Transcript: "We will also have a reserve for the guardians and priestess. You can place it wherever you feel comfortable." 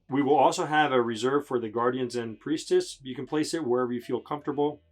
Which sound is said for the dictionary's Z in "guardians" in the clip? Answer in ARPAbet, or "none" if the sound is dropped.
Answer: Z